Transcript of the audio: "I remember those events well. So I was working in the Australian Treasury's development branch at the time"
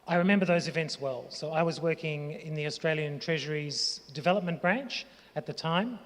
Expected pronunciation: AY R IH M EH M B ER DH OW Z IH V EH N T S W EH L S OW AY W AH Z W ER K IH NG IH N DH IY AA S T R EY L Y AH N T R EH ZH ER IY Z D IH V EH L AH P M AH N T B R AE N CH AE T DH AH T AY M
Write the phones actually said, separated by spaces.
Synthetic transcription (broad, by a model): AY R IH M EH M B ER DH OW Z IH V EH N T S W EH L S OW AY W AH Z W ER K IH NG IH N DH IY AA S T R EY L Y AH N T R EH ZH ER IY Z D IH V EH L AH P M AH N B R AE N CH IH T DH AH T AY M